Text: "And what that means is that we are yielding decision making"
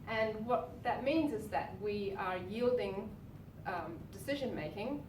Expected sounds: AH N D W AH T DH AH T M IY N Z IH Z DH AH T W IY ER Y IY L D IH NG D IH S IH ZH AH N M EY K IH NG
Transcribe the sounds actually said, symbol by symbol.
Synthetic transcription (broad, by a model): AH N W AH T DH AH T M IY N Z IH Z DH AH T W IY ER Y IY L D IH NG D IH S IH ZH AH N M EY K IH NG